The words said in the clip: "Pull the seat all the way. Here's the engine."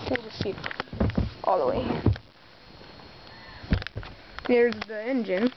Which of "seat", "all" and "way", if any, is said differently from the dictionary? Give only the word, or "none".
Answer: seat